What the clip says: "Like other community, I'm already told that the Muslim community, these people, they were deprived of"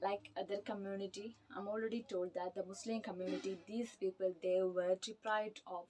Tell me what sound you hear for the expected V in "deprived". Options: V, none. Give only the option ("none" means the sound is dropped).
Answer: none